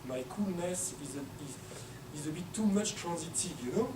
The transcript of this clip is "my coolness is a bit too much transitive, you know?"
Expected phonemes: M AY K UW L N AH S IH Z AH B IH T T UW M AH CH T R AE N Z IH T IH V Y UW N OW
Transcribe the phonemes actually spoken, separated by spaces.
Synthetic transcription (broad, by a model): M AY K UW L N AH S IH Z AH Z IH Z T UW M AH CH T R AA N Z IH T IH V Y UW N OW